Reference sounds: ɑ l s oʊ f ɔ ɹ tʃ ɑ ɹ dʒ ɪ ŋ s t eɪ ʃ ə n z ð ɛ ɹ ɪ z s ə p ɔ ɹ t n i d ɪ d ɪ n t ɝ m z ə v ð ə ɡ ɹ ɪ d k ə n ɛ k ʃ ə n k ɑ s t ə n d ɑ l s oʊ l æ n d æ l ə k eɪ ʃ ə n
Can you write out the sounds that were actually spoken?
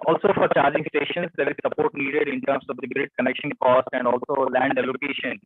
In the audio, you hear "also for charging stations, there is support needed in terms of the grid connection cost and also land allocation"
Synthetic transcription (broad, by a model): ɑ l s oʊ f ɔ ɹ tʃ ɑ ɹ dʒ ɪ ŋ s t eɪ ʃ ə n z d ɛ ɹ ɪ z s ə p ɔ ɹ t n i d ɪ d ɪ n t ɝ m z ə v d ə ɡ ɹ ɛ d k ə n ɛ k ʃ ə n k ɑ s t ə n d ɑ l s oʊ l æ n d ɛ l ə k eɪ ʃ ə n